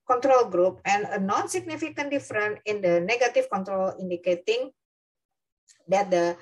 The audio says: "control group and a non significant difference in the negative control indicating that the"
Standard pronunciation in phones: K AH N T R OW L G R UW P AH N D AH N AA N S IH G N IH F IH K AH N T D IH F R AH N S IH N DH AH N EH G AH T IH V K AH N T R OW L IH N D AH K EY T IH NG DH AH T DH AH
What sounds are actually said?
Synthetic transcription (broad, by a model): K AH N T R OW L G R UW P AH N AH N AA N S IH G N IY F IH K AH N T D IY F R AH N IH N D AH N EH G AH T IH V K AH N T R OW L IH N D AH K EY T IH NG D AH T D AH